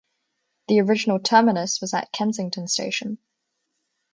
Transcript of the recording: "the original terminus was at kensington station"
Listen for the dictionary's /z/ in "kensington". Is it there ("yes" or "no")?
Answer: yes